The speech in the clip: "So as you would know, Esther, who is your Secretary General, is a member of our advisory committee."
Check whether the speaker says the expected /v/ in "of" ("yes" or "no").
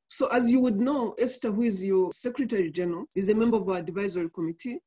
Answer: yes